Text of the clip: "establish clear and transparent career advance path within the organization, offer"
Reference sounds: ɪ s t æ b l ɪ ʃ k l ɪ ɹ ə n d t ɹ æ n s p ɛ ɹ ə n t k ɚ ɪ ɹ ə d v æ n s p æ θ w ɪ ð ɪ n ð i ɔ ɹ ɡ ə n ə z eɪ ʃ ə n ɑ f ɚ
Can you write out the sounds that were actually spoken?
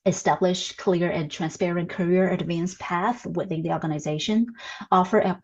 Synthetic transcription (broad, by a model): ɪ s t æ b l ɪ ʃ k l ɪ ɹ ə n t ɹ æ n s p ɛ ɹ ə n k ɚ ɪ ɹ ə d v æ n s p æ θ w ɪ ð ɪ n ð i ɔ ɹ ɡ ə n ə z eɪ ʃ ə n ɑ f ɚ